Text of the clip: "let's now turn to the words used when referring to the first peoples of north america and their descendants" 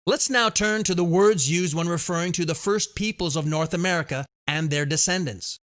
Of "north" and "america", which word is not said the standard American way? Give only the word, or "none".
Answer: none